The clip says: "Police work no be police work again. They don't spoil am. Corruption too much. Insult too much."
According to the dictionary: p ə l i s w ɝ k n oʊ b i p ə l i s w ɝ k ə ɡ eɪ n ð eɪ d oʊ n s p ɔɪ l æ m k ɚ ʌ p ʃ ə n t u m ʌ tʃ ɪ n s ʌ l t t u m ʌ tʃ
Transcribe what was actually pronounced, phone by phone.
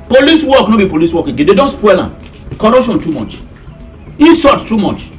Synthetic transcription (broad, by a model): p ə l i s w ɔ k n oʊ b i p ə l i s w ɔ k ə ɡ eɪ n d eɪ d oʊ n s p ɔɪ l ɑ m k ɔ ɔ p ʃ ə n t u m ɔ tʃ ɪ s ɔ t t u m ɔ tʃ